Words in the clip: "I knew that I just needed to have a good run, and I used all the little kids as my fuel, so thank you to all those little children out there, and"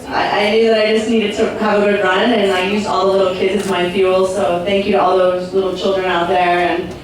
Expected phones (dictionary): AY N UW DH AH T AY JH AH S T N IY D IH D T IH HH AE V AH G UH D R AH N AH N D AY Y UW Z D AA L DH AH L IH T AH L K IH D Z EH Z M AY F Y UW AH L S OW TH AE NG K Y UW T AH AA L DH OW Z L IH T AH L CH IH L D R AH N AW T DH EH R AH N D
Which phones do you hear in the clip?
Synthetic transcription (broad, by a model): AY N UW DH AH T AY JH AH S T N IY D IH D T IH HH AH V AH G UH D R AH N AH N AY Y UW Z AA L DH AH L IH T L K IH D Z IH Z M AY F Y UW L S OW TH AE NG K Y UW T AH AA L DH OW Z L IH T L CH IH L D R AH N AW T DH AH R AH N